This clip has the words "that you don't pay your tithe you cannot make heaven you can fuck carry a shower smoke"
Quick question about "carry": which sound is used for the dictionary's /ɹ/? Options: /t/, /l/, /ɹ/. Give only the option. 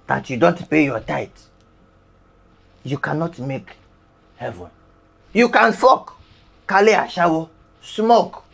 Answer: /l/